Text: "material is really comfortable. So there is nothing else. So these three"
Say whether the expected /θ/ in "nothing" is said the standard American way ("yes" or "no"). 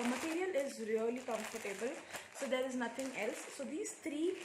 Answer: no